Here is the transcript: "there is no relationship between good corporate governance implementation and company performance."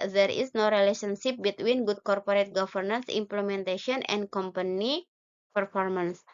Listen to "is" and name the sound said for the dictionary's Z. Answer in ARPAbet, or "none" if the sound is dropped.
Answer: S